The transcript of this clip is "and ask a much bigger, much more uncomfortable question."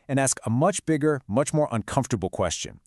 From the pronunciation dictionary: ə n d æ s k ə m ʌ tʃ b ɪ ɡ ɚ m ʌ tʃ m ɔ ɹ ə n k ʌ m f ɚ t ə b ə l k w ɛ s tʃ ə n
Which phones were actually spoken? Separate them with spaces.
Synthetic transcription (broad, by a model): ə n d æ s k ə m ʌ tʃ b ɪ ɡ ɚ m ʌ tʃ m ɔ ɹ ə n k ʌ m f t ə b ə l k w ɛ s tʃ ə n